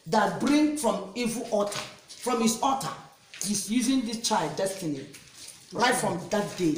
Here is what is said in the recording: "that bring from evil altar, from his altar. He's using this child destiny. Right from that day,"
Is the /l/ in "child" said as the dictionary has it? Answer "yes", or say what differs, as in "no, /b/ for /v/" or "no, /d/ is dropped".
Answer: yes